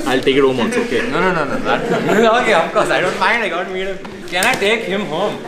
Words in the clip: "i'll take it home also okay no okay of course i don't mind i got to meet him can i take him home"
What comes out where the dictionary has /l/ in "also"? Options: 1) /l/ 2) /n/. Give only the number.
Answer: 2